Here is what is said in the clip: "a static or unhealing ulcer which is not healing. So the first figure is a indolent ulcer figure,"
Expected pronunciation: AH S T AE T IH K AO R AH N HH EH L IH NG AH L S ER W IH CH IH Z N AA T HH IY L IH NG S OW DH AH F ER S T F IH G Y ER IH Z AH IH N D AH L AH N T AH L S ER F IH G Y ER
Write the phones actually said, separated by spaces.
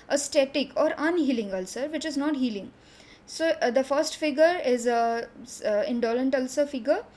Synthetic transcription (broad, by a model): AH S T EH T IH K AO R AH N HH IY L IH NG AH L S ER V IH CH IH Z N AA T HH IY L IH NG S OW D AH F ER S T F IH G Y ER IH Z AH IH N D AH L AH N T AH L S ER F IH G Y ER